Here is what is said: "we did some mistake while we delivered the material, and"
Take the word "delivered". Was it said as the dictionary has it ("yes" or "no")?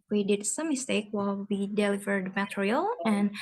yes